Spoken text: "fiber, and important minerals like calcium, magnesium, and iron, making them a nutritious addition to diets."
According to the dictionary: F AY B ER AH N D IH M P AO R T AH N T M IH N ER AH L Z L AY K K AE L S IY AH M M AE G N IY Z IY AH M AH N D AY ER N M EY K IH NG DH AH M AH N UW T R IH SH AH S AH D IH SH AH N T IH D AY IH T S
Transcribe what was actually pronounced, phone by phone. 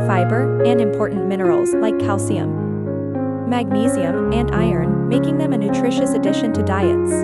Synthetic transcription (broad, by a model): F AY B ER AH N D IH M P AO R T N M IH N ER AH L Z L AY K K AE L S IY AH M M AE G N IY Z IY AH M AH N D AY ER N M EY K IH NG DH AH M AH N UW T R IH SH AH S AH D IH SH AH N T IH D AY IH T S